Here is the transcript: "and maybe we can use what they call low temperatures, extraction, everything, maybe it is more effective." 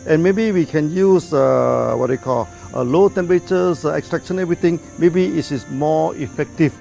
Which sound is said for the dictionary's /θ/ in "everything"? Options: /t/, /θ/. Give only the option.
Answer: /t/